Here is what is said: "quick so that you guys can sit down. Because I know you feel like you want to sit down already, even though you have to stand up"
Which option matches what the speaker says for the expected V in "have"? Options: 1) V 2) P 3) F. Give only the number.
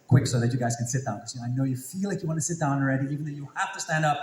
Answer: 3